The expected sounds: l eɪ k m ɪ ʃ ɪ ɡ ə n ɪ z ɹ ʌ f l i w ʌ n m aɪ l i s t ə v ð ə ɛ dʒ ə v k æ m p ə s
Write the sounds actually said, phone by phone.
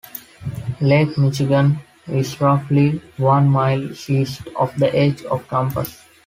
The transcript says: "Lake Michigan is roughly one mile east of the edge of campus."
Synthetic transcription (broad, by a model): l eɪ k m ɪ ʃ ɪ ɡ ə n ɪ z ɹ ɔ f l i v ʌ n m aɪ l i s t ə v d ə ɛ dʒ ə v k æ m p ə s